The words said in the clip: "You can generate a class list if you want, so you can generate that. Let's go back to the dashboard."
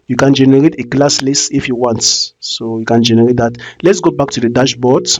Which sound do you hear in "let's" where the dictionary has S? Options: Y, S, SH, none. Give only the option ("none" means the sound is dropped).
S